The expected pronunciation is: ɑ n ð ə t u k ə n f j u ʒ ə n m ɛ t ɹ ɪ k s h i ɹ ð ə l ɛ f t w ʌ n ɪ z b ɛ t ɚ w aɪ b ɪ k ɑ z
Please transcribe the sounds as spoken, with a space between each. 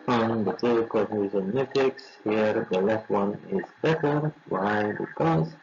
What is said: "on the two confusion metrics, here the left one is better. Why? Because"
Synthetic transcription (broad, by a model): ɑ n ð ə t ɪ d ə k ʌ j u z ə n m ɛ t ɪ k s h i ɹ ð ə l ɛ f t w ʌ n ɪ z b ɛ t ɚ w aɪ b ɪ k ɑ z